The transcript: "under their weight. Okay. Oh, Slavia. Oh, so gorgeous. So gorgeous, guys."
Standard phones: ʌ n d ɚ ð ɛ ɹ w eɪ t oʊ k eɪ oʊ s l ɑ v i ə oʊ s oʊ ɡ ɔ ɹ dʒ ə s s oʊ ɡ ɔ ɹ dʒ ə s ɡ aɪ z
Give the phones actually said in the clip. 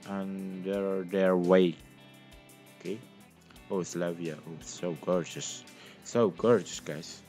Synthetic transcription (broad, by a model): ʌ n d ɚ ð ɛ ɹ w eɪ oʊ k eɪ oʊ s l ɑ v i ə oʊ s oʊ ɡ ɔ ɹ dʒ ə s s oʊ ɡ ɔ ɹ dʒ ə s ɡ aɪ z